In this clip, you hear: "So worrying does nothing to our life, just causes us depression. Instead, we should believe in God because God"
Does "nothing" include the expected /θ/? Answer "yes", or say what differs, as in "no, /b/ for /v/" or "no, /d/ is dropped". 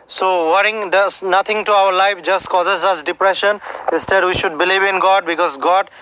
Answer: no, /t/ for /θ/